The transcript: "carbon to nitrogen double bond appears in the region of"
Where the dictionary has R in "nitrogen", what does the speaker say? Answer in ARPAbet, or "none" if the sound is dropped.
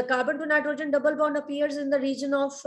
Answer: R